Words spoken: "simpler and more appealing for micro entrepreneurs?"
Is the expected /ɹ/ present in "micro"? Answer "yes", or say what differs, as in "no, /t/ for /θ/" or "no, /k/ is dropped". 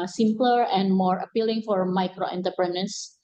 yes